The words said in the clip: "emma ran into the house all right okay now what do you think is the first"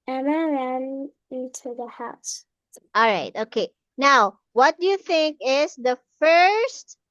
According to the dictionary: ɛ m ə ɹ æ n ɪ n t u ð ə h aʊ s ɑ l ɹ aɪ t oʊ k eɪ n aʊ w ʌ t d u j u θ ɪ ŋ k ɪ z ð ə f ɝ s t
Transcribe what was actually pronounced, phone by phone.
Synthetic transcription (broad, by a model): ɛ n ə ɹ æ n ɪ n t u ð ə h aʊ s ɑ l ɹ aɪ t oʊ k eɪ n aʊ w ʌ t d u j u θ ɪ ŋ k ɪ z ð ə f ɝ s t